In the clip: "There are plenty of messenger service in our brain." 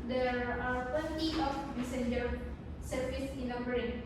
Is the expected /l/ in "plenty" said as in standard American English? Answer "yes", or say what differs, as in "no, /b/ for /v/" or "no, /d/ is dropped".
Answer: no, /l/ is dropped